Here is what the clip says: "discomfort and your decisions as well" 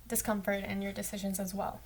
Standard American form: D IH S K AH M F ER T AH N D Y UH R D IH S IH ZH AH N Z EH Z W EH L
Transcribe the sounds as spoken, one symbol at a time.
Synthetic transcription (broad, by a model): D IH S K AH M F ER T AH N Y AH R D IH S IH ZH AH N Z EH Z W EH L